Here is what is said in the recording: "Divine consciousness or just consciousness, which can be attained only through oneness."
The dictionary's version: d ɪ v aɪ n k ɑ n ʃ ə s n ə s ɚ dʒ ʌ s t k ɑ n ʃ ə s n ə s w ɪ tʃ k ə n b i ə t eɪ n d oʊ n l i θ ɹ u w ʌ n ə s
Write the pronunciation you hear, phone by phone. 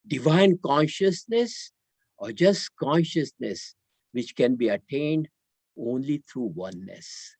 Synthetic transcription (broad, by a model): d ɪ v aɪ n k ɑ n ʃ ə s n ə s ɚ dʒ ʌ s t k ɑ n ʃ ə s n ə s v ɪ tʃ k ə n b i ə t eɪ n d oʊ n l i t ɹ u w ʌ n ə s